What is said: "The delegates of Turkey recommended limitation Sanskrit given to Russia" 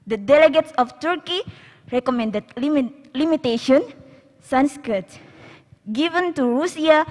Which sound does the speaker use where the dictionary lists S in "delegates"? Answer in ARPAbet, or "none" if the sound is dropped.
S